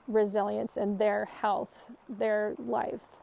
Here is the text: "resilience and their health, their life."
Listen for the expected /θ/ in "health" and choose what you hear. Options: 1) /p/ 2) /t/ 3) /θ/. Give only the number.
3